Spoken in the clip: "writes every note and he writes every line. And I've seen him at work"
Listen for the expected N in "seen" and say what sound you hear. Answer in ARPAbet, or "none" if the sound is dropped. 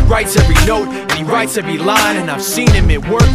N